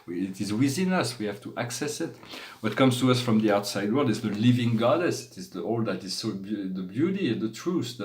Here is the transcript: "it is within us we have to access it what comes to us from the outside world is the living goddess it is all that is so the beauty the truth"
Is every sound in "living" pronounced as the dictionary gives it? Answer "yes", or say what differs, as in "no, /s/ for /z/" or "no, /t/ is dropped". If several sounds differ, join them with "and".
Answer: yes